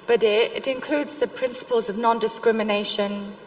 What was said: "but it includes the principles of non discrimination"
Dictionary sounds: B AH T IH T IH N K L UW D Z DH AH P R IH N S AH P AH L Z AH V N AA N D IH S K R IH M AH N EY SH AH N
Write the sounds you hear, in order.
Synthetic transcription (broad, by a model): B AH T IH T IH N K L UW D Z DH AH P R IH N S AH P AH L Z AH V N AA N D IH S K R IH M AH N EY SH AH N